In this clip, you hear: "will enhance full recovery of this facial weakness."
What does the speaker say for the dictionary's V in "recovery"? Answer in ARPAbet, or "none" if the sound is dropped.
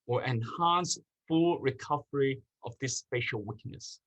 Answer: V